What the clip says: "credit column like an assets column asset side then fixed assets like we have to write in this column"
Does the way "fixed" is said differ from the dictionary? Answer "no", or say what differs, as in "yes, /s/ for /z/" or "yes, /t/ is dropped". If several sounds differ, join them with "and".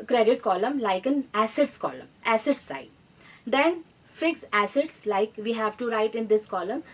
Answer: yes, /t/ is dropped